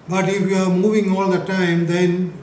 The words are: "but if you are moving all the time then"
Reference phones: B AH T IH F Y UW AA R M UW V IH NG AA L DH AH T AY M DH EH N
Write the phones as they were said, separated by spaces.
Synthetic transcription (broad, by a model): B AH T IH F Y UW AA R M UW V IH NG AA L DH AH T AY M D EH N